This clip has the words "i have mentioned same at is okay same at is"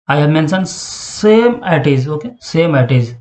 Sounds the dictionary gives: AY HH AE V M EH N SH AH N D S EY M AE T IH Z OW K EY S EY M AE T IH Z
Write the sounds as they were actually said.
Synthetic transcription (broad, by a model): AY HH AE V M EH N S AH N S EY M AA T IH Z OW K EY S EY M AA T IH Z